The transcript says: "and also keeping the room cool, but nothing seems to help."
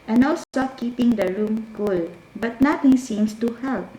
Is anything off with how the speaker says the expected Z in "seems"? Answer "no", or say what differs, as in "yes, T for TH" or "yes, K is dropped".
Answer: yes, S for Z